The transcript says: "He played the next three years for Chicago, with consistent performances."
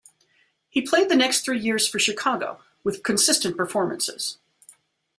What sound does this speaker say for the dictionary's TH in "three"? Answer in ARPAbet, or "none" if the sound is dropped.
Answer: TH